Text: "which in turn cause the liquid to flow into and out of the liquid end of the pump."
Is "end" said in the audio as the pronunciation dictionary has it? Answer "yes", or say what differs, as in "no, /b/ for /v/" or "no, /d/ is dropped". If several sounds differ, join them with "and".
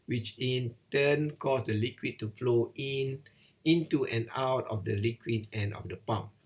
no, /d/ is dropped